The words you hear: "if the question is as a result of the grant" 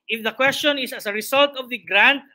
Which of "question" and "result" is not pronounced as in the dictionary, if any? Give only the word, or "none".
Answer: result